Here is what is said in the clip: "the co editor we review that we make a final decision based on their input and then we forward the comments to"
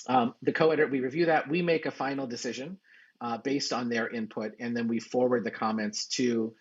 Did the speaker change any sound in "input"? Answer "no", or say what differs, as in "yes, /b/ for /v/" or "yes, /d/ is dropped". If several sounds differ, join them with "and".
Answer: no